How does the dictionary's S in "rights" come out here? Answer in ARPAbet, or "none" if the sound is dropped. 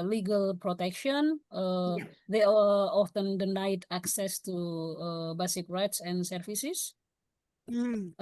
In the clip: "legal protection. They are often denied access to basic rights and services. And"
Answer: S